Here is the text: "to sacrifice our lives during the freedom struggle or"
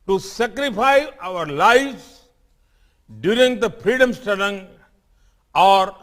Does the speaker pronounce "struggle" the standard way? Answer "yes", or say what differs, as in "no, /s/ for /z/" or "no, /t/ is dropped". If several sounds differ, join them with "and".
no, /ɹ/ is dropped